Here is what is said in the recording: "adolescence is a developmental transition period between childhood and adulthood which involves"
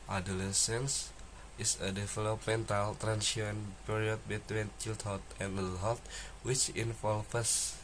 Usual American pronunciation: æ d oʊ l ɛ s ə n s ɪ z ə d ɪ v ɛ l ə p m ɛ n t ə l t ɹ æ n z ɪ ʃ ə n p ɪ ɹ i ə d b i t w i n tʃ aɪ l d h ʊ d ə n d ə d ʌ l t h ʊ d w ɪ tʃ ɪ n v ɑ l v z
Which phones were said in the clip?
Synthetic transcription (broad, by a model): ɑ d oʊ l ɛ s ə n s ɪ s ə d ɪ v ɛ l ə p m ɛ n t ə l t ɹ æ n s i ə n p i ɹ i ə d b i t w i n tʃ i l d h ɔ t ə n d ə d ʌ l h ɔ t w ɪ tʃ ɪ n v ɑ l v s